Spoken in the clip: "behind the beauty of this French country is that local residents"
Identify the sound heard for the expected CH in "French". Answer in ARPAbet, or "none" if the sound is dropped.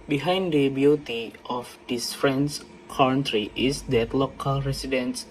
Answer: S